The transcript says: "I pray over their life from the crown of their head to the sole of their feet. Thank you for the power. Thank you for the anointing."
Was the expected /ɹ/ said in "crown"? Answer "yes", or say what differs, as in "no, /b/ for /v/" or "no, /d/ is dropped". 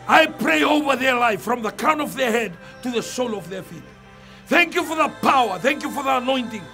no, /ɹ/ is dropped